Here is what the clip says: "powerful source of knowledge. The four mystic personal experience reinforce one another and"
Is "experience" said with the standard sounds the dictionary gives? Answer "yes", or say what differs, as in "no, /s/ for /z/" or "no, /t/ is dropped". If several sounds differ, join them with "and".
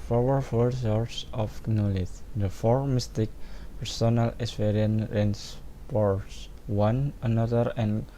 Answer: no, /k/ is dropped and /s/ is dropped